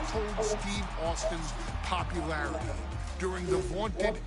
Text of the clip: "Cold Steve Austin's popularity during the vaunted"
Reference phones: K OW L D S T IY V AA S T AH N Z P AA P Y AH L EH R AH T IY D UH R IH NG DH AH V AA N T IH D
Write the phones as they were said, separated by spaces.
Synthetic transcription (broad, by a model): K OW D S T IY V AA S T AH N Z P AA P Y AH L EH R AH T IY D UH R IH NG DH AH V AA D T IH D